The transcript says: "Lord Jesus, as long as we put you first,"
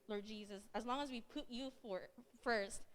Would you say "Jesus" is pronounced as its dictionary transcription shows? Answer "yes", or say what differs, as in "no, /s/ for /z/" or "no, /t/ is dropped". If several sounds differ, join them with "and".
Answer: yes